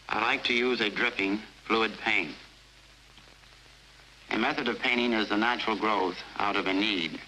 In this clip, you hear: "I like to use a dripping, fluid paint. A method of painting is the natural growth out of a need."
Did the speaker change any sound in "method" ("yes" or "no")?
no